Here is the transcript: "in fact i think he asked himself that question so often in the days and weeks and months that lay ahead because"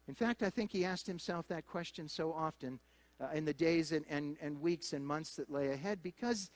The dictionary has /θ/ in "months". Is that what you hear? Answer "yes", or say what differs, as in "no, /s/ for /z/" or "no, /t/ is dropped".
yes